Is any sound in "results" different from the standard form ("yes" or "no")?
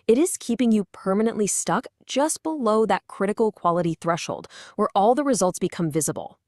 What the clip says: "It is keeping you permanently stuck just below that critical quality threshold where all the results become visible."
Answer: no